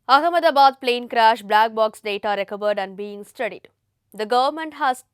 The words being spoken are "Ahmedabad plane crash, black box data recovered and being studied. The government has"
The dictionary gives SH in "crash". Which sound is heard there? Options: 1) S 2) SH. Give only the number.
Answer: 2